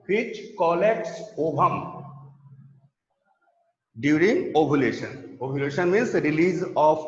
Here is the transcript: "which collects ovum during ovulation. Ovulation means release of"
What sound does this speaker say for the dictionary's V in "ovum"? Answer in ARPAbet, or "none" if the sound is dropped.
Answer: B